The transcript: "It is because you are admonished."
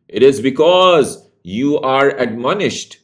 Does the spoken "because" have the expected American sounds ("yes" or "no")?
yes